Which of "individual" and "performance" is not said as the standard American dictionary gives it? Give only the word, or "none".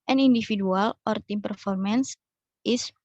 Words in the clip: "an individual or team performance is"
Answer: individual